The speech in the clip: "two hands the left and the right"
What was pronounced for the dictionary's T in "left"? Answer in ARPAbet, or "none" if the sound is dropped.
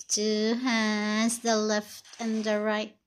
T